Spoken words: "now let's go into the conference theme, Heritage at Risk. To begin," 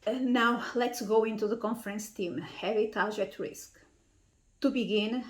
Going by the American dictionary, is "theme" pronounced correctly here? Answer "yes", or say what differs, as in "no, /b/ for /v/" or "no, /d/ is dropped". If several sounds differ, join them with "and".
no, /t/ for /θ/